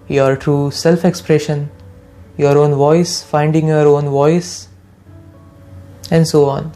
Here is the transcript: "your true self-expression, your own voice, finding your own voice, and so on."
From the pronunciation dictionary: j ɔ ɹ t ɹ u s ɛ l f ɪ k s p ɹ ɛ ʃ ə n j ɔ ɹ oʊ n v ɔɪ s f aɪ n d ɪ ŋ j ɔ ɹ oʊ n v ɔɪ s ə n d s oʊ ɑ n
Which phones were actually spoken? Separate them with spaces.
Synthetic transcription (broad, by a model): j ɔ ɹ t ɹ u s ɛ l f ɪ k s p ɹ ɛ ʃ ə n j ɔ ɹ oʊ n v ɔɪ s f aɪ n d ɪ ŋ j ɔ ɹ oʊ n v ɔɪ s ə n d s oʊ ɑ n